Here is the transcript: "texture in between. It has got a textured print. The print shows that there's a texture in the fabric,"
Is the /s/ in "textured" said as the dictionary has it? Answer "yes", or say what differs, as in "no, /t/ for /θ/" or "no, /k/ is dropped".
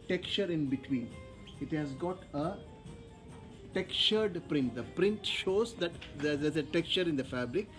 no, /s/ is dropped